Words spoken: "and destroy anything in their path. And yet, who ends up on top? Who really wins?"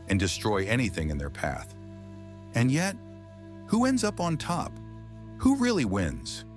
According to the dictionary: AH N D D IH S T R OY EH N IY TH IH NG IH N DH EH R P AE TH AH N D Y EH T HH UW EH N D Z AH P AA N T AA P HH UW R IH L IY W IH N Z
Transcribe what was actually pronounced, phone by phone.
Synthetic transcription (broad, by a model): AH N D D IH S T R OY EH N IY TH IH NG IH N DH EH R P AE TH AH N Y EH T HH UW EH N D Z AH P N T AA P HH UW R IH L IY W IH N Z